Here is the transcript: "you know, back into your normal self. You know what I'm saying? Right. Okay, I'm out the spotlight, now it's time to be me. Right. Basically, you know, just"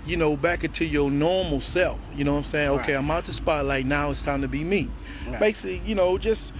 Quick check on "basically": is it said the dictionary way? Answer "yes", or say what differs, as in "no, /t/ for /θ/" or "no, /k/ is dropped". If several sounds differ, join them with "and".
no, /s/ is dropped